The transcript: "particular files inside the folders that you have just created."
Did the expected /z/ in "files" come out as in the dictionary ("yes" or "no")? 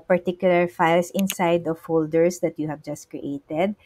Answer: no